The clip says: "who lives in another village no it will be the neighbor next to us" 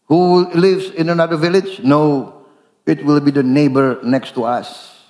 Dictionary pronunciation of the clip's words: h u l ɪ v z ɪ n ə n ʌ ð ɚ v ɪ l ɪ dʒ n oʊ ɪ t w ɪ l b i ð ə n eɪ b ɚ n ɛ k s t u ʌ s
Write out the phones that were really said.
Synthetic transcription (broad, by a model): h u l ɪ v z ɪ n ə n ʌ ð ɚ v ɪ l ɪ dʒ n oʊ ɪ t w ɪ l b i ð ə n eɪ b ɚ n ɛ k s t u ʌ s